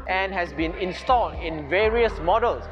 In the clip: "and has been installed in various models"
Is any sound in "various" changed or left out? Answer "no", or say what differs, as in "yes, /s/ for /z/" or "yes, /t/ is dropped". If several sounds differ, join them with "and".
no